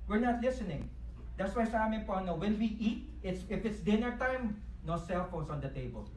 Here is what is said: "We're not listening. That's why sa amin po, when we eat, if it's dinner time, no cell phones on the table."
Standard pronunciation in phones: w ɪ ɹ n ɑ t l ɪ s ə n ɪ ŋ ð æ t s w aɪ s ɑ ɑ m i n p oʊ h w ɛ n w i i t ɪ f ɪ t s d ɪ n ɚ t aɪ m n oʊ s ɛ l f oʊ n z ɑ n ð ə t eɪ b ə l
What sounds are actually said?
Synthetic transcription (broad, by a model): w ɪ ɹ n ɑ t l ɪ s ə n ɪ ŋ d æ t s w aɪ s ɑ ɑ m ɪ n p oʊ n w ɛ n w i i t ɪ f ɪ t s d ɪ n ɚ t aɪ m n oʊ s ɛ l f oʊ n s ɑ n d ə t eɪ b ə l